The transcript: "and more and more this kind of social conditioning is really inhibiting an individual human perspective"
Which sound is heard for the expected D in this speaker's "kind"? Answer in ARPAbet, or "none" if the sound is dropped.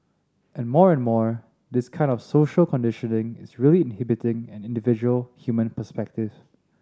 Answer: D